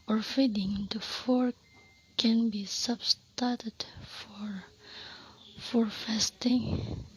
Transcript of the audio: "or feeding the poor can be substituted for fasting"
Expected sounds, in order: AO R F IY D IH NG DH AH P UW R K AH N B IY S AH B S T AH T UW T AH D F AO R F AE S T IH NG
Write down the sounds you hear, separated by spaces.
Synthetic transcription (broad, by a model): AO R F IY D IH NG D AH F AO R K AH N B IY S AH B S T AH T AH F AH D F AO R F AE S T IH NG